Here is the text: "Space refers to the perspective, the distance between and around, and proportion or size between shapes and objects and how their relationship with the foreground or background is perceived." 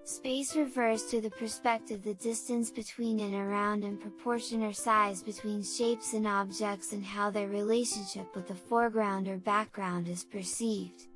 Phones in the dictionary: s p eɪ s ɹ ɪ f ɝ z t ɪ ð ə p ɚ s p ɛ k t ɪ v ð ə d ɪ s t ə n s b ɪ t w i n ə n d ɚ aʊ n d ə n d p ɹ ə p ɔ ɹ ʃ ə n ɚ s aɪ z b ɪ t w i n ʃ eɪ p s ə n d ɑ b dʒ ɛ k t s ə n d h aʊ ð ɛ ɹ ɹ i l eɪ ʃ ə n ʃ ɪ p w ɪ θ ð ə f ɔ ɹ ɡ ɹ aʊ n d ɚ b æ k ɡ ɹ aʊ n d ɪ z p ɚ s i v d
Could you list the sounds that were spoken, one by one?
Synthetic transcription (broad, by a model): s p eɪ s ɹ ɪ f ɝ z t ɪ ð ə p ɚ s p ɛ k t ɪ v ð ə d ɪ s t ə n s b ɪ t w i n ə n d ɚ aʊ n d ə n p ɹ ə p ɔ ɹ ʃ ə n ɚ s aɪ z b ɪ t w i n ʃ eɪ p s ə n ɑ b dʒ ɛ k t s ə n h aʊ ð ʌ ɹ ɹ i l eɪ ʃ ə n ʃ ɪ p w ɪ ð ə f ɔ ɹ ɡ ɹ aʊ n d ɚ b æ k ɡ ɹ aʊ n d ɪ z p ɚ s i v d